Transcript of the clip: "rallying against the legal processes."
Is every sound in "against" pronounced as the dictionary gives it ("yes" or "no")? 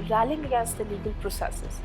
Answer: no